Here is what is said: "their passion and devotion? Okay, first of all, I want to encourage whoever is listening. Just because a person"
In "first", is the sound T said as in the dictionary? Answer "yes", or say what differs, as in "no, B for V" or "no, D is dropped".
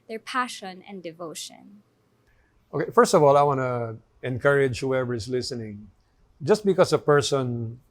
yes